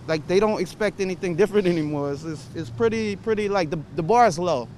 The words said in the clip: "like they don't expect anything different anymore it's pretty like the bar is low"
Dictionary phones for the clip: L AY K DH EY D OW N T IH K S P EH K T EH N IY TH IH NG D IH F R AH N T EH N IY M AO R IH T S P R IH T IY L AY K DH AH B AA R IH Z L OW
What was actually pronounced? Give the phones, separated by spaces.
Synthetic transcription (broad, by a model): L AY K DH EY D OW N T IH K S P EH K T EH N IY TH IH NG D IH F R AH N T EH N IY M AO R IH T S P R IH T IY L AY K DH AH B AA R IH Z L OW